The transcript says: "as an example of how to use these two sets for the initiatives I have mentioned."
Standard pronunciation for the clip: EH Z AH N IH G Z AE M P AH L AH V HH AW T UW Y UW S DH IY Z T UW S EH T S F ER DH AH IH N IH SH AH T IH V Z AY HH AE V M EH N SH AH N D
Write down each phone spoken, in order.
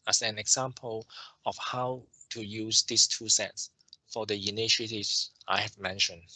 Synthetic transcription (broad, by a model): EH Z AH N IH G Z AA M P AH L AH F HH AW T UW Y UW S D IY S T UW S EH T S F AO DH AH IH N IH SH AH T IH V S AY HH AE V M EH N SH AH N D